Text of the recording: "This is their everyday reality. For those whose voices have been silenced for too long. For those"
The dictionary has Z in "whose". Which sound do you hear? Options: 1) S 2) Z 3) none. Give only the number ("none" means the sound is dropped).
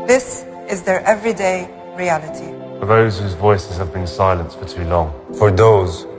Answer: 2